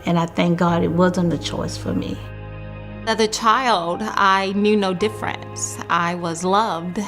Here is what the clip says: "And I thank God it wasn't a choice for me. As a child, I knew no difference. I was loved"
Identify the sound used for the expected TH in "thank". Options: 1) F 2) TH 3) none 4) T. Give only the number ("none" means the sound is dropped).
2